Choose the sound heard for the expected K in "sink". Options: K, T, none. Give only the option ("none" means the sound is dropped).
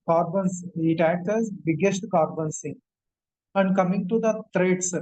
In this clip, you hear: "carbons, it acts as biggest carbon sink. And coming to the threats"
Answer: none